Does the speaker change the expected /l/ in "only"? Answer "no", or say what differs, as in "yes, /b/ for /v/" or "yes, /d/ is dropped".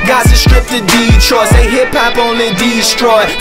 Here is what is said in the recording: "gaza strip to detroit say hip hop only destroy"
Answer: yes, /l/ is dropped